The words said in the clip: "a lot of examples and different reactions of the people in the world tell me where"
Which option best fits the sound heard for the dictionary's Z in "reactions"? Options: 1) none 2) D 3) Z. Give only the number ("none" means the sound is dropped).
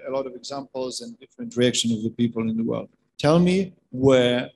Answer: 1